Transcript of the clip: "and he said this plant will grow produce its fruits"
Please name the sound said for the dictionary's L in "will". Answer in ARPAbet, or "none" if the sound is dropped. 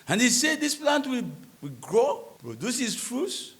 W